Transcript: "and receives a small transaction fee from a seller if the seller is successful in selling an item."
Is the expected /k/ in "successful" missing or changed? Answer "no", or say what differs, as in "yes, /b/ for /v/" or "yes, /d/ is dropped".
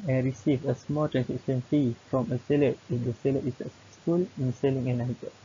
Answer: yes, /k/ is dropped